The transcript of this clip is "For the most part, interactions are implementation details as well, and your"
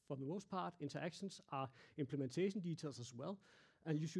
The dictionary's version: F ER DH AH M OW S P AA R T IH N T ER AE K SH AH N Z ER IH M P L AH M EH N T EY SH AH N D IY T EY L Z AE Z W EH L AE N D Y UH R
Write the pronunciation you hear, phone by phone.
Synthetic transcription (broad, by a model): F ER DH AH M OW S P AA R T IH N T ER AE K SH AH N S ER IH M P L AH M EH N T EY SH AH N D IY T EY L S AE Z W EH L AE N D Y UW